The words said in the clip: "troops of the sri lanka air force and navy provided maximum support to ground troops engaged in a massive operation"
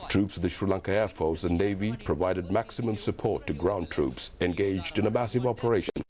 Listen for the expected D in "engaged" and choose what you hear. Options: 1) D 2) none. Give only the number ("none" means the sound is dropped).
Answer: 1